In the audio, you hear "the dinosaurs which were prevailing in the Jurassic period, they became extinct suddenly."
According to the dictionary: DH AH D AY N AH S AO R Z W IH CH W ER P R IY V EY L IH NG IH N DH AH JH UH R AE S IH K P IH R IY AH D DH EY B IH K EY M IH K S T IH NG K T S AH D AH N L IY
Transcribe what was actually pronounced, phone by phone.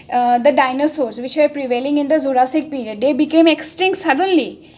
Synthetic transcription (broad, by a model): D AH D AY N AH S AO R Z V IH CH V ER P R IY V EY L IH NG IH N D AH Z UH R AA S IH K P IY R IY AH D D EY B IH K EY M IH K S T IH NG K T S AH D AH N L IY